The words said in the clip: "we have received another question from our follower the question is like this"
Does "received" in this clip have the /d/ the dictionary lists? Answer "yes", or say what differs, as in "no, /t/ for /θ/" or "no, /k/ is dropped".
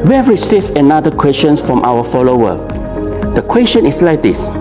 no, /d/ is dropped